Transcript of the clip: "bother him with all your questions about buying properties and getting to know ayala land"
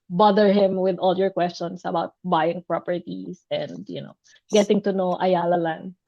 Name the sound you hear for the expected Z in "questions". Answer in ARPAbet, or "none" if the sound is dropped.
S